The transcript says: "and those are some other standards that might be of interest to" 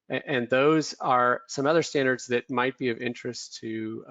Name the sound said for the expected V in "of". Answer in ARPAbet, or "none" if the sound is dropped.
V